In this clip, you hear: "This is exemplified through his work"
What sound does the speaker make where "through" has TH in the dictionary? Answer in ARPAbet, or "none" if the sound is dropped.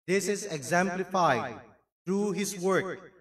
T